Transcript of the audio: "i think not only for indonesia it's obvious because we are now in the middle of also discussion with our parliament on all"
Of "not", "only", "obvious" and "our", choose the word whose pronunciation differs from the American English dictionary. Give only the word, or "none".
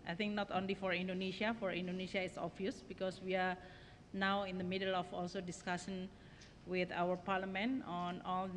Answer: obvious